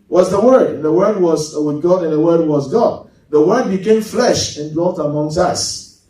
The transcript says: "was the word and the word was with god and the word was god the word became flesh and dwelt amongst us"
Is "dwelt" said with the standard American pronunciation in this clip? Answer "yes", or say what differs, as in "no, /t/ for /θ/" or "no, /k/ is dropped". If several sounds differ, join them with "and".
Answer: no, /l/ is dropped